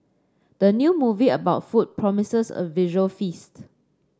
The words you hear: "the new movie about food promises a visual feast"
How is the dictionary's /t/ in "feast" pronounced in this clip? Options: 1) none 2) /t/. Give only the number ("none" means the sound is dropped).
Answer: 2